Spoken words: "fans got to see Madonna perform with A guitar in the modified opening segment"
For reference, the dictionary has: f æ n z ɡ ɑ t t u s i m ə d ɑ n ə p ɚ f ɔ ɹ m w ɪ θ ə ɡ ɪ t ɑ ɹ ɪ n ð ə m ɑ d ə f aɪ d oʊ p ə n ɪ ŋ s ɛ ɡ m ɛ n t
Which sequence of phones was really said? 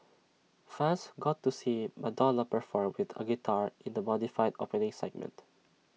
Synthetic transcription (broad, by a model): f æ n s ɡ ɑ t t u s i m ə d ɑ l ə p ɚ f ɔ ɹ m w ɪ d ə ɡ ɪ t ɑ ɹ ɪ n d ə m ɑ d ə f aɪ d oʊ p ə n ɪ ŋ s ɛ ɡ m ɛ n t